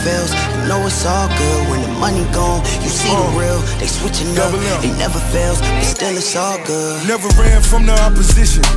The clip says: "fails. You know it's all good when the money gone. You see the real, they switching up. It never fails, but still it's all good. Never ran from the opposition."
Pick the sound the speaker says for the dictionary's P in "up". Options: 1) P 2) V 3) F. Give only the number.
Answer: 3